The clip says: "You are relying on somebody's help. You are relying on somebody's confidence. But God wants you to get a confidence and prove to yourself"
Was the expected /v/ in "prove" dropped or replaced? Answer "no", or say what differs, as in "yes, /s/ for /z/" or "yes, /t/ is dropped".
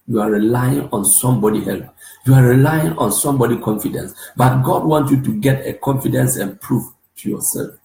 yes, /f/ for /v/